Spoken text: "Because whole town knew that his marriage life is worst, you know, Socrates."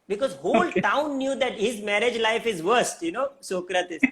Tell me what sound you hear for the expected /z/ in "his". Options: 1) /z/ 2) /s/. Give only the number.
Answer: 1